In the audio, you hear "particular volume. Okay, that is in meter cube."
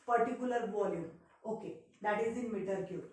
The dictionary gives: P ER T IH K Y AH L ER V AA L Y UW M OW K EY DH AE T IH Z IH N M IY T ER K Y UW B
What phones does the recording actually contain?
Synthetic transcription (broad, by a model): P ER T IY K Y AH L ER B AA L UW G OW K EY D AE T IH Z IH N M IY T ER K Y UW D